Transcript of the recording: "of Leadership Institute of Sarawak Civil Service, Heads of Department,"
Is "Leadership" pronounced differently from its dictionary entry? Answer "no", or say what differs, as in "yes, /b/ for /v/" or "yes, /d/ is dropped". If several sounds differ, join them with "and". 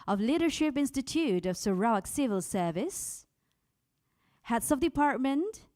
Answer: no